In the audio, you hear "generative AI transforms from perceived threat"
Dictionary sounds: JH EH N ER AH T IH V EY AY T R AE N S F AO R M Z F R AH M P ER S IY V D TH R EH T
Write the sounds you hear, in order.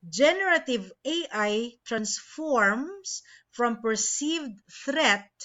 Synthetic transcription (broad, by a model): JH EH N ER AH T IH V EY AY T R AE N S F AO R M S F R AH M P ER S IY V D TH R EH T